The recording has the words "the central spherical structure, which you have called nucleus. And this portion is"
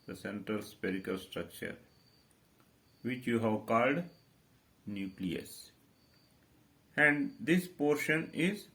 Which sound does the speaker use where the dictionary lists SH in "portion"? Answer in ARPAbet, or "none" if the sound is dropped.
SH